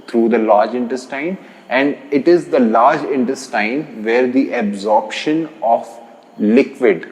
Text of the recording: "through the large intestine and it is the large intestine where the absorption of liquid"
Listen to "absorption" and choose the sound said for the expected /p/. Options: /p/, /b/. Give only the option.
/p/